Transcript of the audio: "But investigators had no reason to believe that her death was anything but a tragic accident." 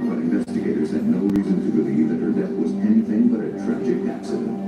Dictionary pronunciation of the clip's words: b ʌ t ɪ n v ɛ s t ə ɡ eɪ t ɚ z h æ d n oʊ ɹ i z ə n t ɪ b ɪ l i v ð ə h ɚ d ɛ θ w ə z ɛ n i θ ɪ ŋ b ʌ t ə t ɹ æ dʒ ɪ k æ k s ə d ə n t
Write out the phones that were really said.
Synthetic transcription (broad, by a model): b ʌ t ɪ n v ɛ s t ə ɡ eɪ t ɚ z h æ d n oʊ ɹ i z ə n t ɪ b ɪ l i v ð ə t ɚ d ɛ θ w ə z ɛ n i θ ɪ ŋ b ʌ t ə t ɹ æ dʒ ɪ k æ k s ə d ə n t